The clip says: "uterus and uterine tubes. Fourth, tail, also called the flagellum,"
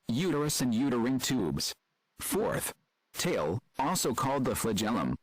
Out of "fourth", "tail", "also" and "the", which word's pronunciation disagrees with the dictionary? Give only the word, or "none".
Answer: none